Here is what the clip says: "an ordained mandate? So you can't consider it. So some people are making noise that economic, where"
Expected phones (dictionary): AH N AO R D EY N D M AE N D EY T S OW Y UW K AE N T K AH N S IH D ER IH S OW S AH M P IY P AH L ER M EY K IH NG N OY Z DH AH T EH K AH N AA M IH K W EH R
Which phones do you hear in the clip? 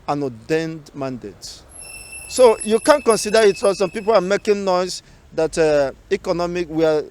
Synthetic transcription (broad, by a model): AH N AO D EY N D M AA N D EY T S OW Y UW K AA N K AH N S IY D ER IH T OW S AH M P IY P AH L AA M EY K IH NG N OY S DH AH T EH K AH N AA M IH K W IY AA